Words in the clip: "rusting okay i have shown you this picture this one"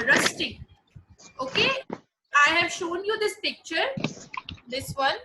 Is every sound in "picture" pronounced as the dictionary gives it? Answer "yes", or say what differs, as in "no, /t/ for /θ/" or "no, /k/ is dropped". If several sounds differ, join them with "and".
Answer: yes